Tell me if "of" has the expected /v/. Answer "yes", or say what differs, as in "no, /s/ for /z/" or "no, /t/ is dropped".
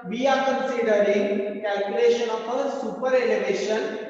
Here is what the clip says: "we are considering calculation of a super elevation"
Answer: no, /p/ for /v/